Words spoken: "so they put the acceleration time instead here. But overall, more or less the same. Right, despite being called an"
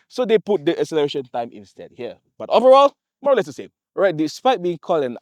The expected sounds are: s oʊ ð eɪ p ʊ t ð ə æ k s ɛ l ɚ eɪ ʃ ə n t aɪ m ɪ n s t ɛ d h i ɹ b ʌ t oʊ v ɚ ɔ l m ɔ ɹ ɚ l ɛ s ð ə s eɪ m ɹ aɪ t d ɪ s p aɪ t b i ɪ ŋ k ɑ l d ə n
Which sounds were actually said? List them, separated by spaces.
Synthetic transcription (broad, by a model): s oʊ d eɪ p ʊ t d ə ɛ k s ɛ l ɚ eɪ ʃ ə n t aɪ m ɪ n s t ɛ d h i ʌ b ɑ t oʊ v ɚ ɔ l m ɔ ɹ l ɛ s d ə s eɪ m ɹ aɪ t d ɪ s p aɪ t b i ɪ ŋ k ɑ l d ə n